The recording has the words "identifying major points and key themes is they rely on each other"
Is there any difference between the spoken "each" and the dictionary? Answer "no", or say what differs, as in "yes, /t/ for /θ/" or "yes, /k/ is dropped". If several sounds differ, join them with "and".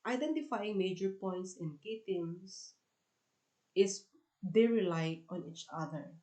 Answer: no